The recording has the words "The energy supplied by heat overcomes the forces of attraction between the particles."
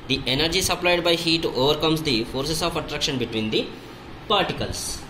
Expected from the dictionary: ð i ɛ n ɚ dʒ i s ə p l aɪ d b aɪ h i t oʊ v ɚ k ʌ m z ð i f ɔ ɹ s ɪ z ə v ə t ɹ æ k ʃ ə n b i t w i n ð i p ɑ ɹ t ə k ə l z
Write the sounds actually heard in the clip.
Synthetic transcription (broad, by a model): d i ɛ n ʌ dʒ i s ə p l aɪ d b aɪ h i t oʊ v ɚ k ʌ m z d i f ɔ ɹ s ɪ s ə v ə t ɹ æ k ʃ ə n b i t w i n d i p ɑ ɹ t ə k ə l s